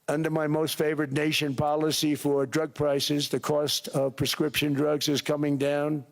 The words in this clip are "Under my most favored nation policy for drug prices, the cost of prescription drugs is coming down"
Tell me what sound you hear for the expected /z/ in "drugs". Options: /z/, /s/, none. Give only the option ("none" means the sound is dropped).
/z/